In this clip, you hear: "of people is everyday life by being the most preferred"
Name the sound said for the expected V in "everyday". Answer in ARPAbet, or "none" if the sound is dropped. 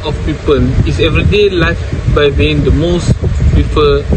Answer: V